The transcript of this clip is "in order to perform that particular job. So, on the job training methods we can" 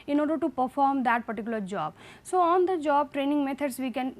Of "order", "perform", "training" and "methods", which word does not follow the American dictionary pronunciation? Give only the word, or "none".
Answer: methods